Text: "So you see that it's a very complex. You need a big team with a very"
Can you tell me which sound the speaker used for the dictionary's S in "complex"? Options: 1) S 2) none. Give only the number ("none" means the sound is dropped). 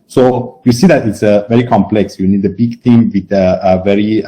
1